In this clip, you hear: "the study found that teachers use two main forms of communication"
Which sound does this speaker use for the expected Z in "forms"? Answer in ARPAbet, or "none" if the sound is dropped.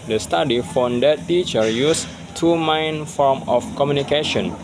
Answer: none